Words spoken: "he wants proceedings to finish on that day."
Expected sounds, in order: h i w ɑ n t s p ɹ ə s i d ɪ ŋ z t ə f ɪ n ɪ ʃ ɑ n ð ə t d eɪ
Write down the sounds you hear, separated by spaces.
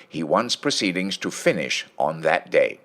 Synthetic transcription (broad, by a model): h i w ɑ n t s p ɹ ə s i d ɪ ŋ z t ə f ɪ n ɪ ʃ n ð ə t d eɪ